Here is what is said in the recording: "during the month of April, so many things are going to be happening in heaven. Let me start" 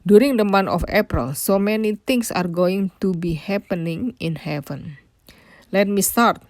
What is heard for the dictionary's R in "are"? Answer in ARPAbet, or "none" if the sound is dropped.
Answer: R